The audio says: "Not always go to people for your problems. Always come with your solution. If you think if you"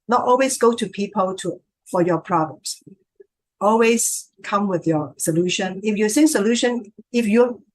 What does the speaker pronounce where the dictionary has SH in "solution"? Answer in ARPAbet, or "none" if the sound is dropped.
SH